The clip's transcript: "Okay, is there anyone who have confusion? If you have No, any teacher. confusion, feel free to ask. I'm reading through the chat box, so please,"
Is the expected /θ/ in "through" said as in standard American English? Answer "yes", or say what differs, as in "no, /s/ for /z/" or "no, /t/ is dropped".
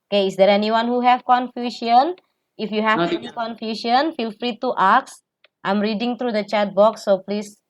no, /t/ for /θ/